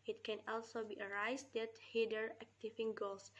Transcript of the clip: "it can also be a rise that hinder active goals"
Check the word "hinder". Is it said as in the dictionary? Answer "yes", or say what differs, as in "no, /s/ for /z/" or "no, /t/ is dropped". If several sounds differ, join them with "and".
no, /n/ is dropped